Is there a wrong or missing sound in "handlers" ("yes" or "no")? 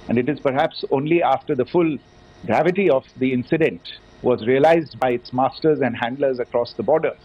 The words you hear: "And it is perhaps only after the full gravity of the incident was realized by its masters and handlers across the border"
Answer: no